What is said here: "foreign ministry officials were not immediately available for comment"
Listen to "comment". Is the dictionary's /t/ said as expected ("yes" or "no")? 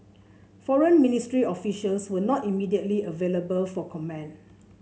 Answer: no